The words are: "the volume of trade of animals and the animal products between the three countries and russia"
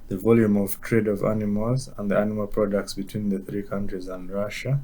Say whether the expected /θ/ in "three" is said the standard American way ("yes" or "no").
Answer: yes